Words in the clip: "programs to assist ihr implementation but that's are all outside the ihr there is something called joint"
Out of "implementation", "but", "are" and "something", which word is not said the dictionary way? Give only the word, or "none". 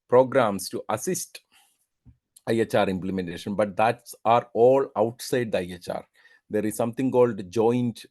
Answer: something